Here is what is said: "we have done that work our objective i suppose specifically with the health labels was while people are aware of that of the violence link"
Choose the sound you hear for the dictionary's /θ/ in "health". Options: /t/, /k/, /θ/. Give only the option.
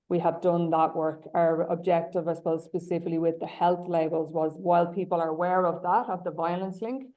/θ/